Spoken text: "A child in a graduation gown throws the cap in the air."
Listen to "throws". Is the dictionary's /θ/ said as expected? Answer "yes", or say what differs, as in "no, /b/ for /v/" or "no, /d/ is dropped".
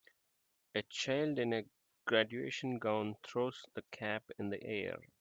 no, /t/ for /θ/